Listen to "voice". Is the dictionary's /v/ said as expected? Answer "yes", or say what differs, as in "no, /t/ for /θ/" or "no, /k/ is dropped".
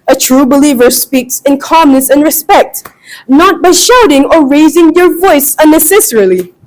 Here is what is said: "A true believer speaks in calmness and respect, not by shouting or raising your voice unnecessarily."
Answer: yes